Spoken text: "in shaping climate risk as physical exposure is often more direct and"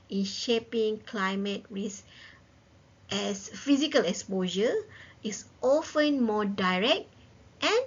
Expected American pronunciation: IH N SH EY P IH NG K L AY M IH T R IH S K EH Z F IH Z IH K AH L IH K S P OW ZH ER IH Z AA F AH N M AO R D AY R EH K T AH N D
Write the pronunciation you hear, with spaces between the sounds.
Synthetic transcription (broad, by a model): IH N SH EY P IH NG K L AY M IH T R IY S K EH S F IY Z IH K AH L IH K S P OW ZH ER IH S AA F AH N M AO D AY R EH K T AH N